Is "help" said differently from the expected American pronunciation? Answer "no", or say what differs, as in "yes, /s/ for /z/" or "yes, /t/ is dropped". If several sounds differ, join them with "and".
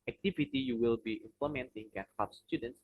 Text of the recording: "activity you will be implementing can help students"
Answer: yes, /l/ is dropped